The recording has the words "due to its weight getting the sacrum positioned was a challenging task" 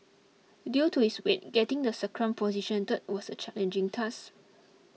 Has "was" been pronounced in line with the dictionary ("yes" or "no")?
no